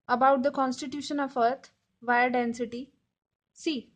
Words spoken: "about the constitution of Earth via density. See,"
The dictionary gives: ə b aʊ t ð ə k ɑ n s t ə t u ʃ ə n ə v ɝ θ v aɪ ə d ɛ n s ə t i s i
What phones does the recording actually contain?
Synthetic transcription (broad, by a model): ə b aʊ t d ə k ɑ n s t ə t u ʃ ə n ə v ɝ t v aɪ ə d ɛ n s ə t i s i